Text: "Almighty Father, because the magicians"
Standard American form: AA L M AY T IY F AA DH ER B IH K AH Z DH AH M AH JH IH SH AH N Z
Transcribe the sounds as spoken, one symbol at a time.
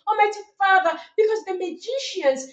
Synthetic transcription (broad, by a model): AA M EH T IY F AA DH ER B IH K AH Z DH AH M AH JH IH SH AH N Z